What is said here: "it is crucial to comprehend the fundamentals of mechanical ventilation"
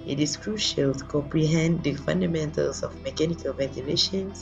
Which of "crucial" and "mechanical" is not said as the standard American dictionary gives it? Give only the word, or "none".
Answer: none